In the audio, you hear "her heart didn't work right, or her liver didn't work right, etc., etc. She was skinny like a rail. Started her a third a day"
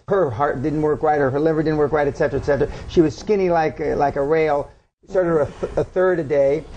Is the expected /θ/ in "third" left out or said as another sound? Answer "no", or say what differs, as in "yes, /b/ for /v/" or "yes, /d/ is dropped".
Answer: no